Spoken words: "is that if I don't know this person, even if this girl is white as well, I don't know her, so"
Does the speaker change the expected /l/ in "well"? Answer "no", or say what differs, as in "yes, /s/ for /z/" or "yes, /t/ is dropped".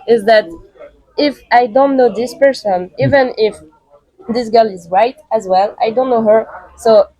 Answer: no